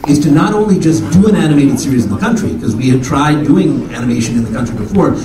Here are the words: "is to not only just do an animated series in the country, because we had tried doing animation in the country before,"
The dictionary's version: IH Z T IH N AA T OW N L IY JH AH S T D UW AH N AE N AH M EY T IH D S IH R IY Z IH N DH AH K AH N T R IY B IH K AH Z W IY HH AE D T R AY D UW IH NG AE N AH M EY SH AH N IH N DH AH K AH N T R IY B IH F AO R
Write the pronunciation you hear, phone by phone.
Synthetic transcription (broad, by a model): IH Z T IH N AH T OW N L IY JH AH S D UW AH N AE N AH M EY T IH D S IH R IY Z N DH AH K AH N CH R IY K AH Z W IY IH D T R AY D UW IH NG AE N AH M EY SH AH N IH N DH AH K AH N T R IY B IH F AO R